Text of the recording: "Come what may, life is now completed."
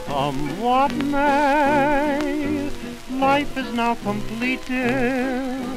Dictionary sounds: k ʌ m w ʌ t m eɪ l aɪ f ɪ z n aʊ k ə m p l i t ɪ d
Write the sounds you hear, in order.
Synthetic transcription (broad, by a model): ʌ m w ʌ t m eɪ l aɪ f ɪ z n aʊ k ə m p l i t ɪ